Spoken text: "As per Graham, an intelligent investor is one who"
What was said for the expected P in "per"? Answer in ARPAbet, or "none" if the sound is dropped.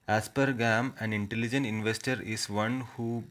P